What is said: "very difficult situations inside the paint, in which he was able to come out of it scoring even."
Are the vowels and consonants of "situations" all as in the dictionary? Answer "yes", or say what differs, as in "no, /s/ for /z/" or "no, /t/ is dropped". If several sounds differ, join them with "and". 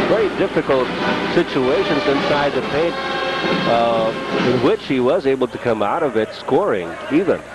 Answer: yes